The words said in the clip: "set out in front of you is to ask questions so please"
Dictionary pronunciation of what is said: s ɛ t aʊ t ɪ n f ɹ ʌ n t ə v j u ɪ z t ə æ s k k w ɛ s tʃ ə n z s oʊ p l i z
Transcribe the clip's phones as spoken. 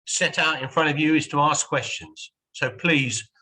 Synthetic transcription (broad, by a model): s ɛ t aʊ t ɪ n f ɹ ʌ n t ə v j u ɪ z t ə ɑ s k k w ɛ s tʃ ə n z s oʊ p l i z